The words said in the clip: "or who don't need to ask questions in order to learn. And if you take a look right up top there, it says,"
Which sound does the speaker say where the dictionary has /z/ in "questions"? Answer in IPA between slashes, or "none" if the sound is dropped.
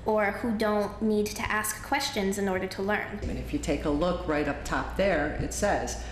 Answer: /z/